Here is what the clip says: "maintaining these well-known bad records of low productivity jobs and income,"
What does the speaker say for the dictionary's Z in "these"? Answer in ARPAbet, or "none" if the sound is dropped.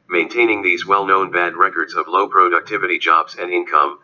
Z